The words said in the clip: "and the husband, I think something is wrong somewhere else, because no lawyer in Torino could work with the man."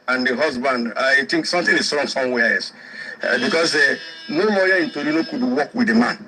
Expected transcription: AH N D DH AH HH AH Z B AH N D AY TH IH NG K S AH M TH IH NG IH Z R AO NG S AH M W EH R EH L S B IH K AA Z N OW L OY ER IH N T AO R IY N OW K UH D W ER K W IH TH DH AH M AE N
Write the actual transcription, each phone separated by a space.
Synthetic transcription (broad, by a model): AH N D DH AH HH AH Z B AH N D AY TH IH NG K S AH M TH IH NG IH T R AO NG S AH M W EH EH S B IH K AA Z N OW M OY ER IH N T AO R IY N OW K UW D W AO K W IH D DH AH M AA N